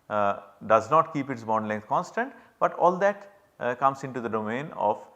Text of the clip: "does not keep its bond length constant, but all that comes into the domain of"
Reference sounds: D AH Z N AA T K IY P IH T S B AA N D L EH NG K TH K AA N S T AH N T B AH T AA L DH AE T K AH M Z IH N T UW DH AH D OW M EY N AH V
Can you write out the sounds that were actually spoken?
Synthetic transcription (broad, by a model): D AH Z N AA T K IY P IH T S B AA N D L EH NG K T K AA N S T AH N T B AH T AA L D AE T K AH M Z IH N T UW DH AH D OW M EY N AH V